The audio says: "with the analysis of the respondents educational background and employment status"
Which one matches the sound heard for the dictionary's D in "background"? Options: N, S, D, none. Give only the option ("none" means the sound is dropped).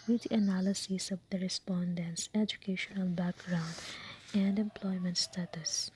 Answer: D